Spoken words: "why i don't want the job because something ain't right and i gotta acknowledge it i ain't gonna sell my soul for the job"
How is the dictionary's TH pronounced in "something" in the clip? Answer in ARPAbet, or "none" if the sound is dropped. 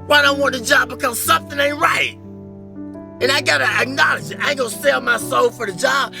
TH